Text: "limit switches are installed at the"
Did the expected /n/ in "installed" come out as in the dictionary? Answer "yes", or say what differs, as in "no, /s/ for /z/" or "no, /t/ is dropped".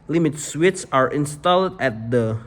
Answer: yes